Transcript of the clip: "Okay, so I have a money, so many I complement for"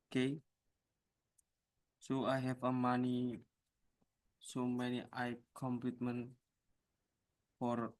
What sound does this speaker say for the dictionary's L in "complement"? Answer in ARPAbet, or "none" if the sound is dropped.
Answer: none